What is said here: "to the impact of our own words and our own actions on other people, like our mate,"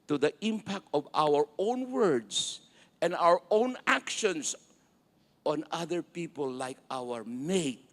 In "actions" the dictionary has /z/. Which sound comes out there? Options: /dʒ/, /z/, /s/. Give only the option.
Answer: /s/